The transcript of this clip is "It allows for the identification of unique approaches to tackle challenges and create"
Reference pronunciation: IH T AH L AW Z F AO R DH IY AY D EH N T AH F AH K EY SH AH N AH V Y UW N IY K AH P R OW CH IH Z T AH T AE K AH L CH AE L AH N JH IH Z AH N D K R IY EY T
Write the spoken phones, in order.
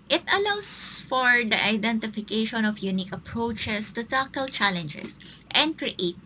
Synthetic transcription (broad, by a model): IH T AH L AW S F AO R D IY AY D EH N T AH F AH K EY SH AH N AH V Y UW N IY K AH P R OW CH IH S T AH T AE K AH L CH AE L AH N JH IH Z AH N D K R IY EY T